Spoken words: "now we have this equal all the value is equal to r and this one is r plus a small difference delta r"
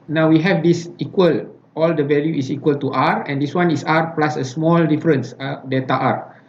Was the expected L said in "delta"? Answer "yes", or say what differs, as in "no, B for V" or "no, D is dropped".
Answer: no, L is dropped